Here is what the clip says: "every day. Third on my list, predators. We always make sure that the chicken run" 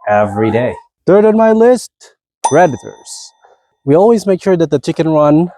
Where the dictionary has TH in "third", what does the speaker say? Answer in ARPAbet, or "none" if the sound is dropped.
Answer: TH